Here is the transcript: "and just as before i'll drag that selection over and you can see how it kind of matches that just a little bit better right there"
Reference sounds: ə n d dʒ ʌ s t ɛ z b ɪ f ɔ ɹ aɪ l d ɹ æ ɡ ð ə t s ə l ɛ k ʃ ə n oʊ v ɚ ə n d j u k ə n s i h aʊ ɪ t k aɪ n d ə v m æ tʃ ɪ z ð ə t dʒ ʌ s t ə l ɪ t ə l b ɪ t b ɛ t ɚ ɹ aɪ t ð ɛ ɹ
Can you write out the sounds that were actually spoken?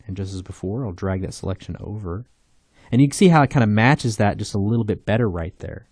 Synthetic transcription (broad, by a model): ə n dʒ ʌ s t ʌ z b ɪ f ɔ ɹ aɪ l d ɹ æ ɡ ð ə t s ə l ɛ k ʃ ə n oʊ v ɚ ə n j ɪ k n s i h aʊ ɪ t k aɪ n d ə m æ tʃ ɪ z ð ə t dʒ ʌ s t ə l ɪ t l b ɪ t b ɛ t ɚ ɹ aɪ t ð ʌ ɹ